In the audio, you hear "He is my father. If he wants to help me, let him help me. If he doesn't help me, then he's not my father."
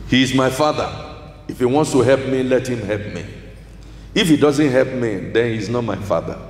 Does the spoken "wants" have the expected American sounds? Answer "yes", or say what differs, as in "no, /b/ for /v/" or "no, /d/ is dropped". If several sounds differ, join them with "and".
yes